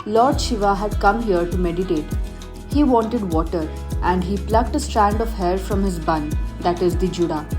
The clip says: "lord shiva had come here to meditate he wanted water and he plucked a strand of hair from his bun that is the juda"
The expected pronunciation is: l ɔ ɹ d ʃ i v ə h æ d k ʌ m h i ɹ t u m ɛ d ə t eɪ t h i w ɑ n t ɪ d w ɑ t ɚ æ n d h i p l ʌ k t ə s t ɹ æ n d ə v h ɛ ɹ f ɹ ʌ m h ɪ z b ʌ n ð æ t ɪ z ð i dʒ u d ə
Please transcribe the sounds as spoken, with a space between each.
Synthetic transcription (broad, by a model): l ɔ ɹ d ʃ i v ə h æ d k ʌ m h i ɹ t u m ɛ d ə t eɪ t h i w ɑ n t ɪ d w ɑ t ɚ æ n d h i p l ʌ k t ə s t ɹ æ n d ə v h ɛ ɹ f ɹ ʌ m h ɪ z b ʌ n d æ t ɪ z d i dʒ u d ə